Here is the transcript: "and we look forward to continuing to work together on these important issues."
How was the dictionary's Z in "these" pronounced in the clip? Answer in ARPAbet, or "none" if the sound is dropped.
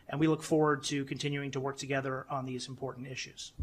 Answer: Z